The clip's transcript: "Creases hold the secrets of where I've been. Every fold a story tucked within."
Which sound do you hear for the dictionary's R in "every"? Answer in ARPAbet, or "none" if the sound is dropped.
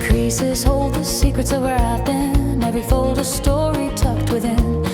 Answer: none